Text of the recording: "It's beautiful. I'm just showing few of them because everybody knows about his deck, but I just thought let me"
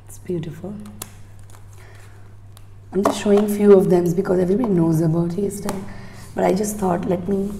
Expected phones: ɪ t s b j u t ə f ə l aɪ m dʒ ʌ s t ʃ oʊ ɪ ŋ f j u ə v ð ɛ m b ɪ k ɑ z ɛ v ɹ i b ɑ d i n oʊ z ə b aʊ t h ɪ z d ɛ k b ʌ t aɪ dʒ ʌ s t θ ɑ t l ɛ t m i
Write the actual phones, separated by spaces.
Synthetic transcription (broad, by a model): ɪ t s b j u t ə f ə l aɪ m dʒ ʌ s t ʃ oʊ ɪ ŋ f j u ə v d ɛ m b ɪ k ɑ z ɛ v ɹ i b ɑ d i n oʊ z ə b aʊ t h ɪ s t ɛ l b ʌ t aɪ dʒ ʌ s t t ɑ t l ɛ t m i